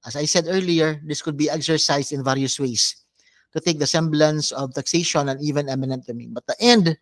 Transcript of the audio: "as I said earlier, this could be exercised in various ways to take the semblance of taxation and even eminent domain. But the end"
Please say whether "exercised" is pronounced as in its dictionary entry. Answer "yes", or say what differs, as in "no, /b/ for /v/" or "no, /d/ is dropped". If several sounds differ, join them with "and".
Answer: no, /s/ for /z/